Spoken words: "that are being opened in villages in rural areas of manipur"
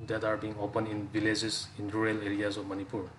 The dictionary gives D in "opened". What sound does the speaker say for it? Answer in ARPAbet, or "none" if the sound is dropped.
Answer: none